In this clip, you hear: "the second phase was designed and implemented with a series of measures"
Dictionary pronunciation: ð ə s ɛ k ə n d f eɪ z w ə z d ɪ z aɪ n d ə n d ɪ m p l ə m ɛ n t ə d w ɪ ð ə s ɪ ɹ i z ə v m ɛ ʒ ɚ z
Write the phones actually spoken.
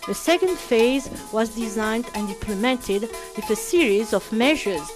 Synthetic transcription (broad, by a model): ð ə s ɛ k ə n d f eɪ z w ə z d ɪ z aɪ n d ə n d ɪ m p l ə m ɛ n t ə d w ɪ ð ə s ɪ ɹ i z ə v m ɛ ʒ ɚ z